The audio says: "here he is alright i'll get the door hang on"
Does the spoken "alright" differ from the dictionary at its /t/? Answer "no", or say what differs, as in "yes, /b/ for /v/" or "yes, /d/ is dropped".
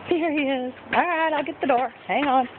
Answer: no